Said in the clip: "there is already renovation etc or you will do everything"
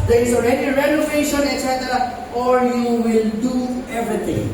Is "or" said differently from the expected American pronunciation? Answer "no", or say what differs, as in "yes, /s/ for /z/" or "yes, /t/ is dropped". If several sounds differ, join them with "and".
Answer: yes, /l/ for /ɹ/